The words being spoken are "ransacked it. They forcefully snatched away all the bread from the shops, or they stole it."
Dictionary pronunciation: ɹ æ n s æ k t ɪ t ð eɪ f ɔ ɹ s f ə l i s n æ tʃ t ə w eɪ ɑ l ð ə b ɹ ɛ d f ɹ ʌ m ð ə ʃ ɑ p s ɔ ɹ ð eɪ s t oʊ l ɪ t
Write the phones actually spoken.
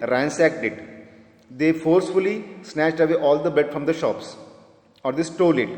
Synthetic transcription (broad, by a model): ɹ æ n s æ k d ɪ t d eɪ f ɔ ɹ s f ə l i s n æ tʃ t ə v eɪ ɑ l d ə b ɛ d f ɹ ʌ m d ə ʃ ɑ p s ɔ ɹ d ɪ s t oʊ l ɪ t